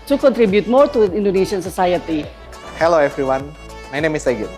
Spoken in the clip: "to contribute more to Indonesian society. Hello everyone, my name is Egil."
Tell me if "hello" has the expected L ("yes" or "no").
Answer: yes